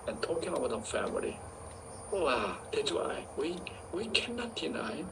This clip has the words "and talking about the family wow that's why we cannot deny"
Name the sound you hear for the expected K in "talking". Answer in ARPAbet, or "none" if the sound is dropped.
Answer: K